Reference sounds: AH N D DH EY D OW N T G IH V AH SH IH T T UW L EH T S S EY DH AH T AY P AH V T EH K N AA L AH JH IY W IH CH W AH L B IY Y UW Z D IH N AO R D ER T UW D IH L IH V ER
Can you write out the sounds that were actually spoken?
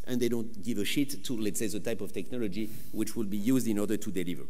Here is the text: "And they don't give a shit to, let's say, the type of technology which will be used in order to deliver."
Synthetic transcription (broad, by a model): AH N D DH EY D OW N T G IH V AH SH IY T T UW L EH T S S EY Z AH T AY P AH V T EH K N AA L AH JH IY W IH CH W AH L B IY Y UW Z D IH N AO R D ER T UW D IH L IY V ER